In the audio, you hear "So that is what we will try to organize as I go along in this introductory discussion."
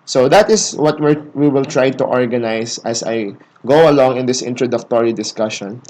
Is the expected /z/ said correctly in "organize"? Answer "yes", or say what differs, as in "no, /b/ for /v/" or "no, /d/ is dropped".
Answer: no, /s/ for /z/